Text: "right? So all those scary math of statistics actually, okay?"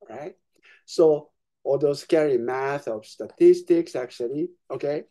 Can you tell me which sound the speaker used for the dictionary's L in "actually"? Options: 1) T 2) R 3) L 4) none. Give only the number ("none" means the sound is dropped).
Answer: 3